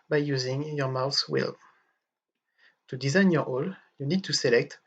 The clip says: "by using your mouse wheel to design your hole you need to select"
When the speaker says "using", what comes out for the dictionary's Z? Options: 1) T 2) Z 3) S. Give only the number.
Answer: 2